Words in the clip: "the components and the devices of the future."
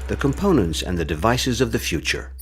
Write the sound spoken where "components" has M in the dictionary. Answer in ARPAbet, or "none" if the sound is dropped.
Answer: M